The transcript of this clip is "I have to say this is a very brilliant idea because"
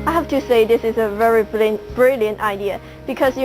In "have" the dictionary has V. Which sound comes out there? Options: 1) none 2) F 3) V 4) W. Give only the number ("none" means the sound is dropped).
2